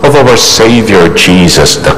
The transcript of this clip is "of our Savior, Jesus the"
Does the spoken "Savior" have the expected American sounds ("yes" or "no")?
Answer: yes